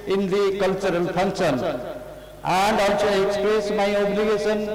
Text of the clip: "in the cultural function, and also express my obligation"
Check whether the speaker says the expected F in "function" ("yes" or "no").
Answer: no